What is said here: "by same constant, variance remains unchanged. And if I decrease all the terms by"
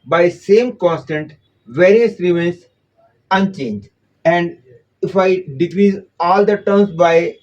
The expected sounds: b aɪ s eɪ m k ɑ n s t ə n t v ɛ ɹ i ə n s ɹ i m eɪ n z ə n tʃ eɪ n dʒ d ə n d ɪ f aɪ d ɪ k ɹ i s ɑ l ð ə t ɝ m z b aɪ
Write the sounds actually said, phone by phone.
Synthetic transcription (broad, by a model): b aɪ s eɪ m k ɑ n s t ə n t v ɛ ɹ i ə s ɹ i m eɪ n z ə n tʃ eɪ n dʒ ə n d ɪ f aɪ d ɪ k ɹ i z ɑ l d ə t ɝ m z b aɪ